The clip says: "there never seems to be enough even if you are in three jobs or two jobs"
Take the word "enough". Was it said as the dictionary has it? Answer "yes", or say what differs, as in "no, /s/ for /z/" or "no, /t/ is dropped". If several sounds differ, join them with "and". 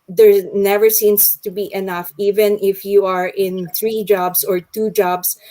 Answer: yes